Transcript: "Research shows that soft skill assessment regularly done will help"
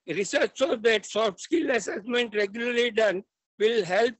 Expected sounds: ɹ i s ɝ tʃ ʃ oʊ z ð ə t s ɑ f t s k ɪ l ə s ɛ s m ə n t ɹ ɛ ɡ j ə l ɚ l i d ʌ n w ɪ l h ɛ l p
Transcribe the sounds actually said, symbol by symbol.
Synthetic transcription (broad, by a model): ɹ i s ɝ tʃ s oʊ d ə t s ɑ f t s k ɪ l ə s ɛ s m ə n t ɹ ɛ ɡ j ə l ɚ l i d ʌ n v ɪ l h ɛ l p